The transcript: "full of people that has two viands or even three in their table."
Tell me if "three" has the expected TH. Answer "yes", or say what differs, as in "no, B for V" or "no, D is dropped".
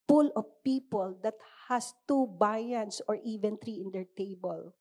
no, T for TH